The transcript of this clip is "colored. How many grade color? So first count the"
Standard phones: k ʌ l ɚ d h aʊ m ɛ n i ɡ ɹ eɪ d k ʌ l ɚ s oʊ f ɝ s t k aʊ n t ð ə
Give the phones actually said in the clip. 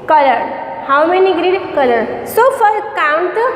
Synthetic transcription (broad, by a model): k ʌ l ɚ d h aʊ m ɛ n i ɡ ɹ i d k ʌ l ɚ s oʊ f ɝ t k aʊ n t